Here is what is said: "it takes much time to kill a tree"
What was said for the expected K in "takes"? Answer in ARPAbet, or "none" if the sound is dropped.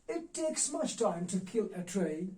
K